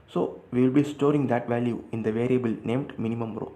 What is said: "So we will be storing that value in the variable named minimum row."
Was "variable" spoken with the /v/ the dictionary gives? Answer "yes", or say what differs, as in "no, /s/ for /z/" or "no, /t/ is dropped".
yes